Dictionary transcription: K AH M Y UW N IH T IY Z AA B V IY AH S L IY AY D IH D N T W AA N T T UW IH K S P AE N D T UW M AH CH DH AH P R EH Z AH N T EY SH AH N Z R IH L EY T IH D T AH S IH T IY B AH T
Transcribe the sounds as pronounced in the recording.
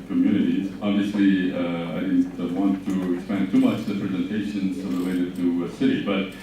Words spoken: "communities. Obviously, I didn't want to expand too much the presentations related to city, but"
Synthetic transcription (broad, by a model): K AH M Y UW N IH T IY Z AA B V IY AH S L IY AY D IH D N T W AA N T T UW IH K S P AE N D T UW M AH CH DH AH P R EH Z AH N T EY SH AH N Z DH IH W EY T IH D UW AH S IH T IY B AH T